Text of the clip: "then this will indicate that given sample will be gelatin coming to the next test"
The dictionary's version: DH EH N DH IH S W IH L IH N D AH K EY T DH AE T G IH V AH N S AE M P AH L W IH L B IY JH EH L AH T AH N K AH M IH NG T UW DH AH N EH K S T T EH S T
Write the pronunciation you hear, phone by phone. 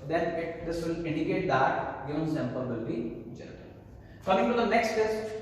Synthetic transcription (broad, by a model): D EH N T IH S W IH L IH N D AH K EY T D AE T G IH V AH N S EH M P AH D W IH L B IY JH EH N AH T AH L K AH M IH NG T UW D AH N EH K S T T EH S